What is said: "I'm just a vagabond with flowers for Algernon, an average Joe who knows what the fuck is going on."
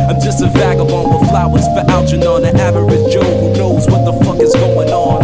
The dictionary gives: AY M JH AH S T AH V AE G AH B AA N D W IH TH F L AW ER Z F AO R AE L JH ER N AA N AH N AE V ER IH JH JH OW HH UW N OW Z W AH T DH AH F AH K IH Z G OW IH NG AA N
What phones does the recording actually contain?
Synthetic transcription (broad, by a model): AY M JH AH S T AH V AE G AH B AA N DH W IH F L AW ER Z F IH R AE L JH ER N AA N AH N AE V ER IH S JH OW HH UW N OW Z W AH T DH AH F AH K IH Z G OW IH NG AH N